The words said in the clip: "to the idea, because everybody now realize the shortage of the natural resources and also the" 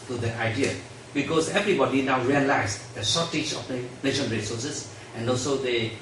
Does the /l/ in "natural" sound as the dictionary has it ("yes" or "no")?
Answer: no